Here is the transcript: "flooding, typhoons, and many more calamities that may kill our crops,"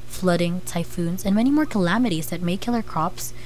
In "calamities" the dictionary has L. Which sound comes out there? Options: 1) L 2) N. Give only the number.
1